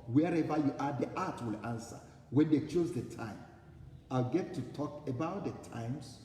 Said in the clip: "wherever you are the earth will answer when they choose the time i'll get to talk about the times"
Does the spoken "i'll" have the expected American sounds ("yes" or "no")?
yes